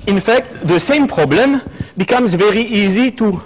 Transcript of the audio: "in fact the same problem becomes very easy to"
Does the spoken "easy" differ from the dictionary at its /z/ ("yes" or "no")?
no